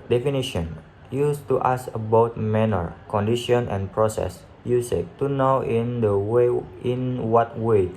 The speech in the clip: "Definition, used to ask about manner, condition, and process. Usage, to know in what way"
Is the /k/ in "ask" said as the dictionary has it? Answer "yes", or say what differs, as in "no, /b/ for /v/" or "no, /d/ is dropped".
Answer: no, /k/ is dropped